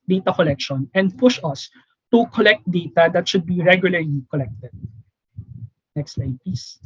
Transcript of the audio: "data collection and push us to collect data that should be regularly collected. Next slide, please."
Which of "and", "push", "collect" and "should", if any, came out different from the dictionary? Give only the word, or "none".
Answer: none